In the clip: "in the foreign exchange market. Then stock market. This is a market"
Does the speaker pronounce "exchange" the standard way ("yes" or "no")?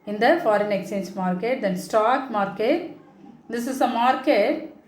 no